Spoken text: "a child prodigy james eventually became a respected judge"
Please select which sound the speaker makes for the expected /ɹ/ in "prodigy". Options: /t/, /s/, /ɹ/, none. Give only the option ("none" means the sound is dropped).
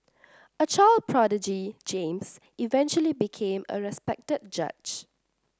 /ɹ/